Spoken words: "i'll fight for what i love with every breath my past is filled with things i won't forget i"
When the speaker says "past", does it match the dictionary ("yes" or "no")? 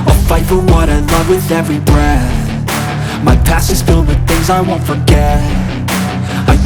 no